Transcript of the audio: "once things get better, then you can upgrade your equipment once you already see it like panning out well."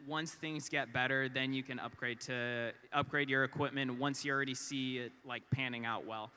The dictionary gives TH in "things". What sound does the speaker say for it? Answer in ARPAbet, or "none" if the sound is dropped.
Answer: TH